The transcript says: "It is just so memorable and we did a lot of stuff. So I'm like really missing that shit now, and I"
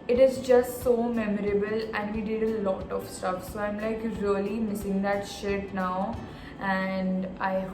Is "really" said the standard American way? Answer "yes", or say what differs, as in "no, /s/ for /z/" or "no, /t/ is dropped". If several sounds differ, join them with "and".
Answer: yes